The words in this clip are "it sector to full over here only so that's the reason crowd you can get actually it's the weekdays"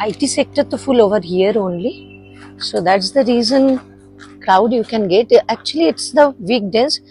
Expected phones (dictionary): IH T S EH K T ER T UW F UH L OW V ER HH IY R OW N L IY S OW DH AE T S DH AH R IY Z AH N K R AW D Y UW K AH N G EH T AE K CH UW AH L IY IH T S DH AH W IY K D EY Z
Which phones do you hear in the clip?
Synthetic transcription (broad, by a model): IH T S EH K T ER T UW F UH L OW V ER HH IY R OW N L IY S OW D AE T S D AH R IY Z AH N K R AW D Y UW K AH N G EH T AE K CH UW AH L IY IH T S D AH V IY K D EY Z